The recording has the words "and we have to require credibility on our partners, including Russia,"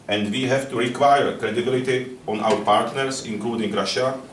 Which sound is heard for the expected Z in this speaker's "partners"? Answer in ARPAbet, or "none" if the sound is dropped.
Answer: S